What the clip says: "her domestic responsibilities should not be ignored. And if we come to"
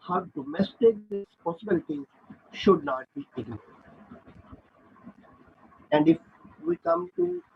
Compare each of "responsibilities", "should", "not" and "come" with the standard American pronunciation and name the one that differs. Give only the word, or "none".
responsibilities